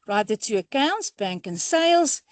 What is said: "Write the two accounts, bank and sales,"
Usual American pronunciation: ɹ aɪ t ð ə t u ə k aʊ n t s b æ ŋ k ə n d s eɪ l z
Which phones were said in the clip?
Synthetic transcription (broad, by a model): ɹ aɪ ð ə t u ə k aʊ n t s b æ ŋ k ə n s eɪ l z